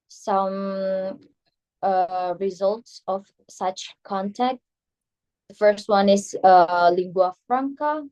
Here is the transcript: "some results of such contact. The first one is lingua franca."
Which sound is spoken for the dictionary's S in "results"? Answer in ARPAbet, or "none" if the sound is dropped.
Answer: S